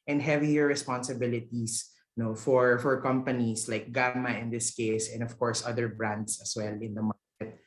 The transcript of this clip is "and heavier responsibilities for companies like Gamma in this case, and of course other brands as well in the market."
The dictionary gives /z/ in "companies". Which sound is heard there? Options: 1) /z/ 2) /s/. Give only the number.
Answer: 2